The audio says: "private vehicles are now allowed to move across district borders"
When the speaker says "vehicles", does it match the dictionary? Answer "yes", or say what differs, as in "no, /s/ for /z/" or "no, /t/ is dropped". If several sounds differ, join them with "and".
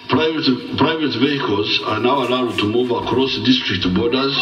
yes